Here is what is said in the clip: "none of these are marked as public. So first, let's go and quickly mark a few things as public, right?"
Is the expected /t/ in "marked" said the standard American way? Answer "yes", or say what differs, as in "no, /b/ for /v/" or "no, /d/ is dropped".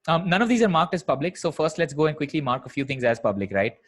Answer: yes